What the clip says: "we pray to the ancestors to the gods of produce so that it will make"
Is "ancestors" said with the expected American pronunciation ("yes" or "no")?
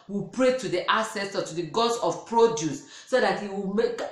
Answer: no